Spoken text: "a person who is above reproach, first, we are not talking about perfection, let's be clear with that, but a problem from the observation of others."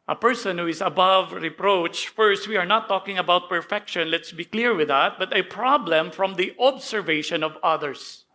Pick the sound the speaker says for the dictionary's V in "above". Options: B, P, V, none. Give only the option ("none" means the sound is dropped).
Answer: V